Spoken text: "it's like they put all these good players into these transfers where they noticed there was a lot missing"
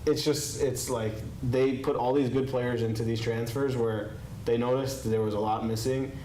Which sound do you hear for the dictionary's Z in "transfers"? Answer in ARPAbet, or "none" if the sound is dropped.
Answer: Z